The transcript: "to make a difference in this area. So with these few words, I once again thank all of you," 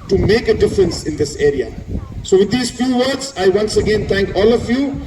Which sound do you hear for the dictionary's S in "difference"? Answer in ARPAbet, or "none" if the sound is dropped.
S